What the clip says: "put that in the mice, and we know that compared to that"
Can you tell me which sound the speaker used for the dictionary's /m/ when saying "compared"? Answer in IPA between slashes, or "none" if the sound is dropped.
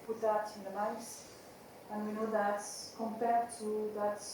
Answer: /m/